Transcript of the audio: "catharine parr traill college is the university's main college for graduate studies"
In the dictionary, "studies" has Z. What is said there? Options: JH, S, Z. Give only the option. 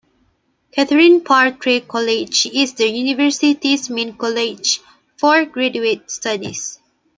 S